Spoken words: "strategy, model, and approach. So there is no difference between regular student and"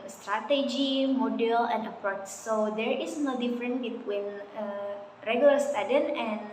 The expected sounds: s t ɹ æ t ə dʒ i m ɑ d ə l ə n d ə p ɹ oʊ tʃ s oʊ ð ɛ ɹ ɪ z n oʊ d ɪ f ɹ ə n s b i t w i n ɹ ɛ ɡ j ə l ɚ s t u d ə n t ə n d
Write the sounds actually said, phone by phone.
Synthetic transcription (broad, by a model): s t ɹ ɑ t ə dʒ i m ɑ d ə l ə n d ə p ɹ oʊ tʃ s oʊ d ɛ ɹ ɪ s n oʊ d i f ɹ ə n b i t w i n ɹ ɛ ɡ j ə l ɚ s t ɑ d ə n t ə n